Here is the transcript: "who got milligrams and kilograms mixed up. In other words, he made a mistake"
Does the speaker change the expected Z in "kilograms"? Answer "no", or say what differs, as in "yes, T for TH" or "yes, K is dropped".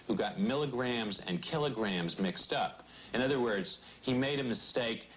no